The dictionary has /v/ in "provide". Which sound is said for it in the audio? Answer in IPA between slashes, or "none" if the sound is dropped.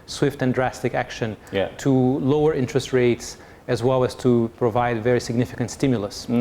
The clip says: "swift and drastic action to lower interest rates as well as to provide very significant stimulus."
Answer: /v/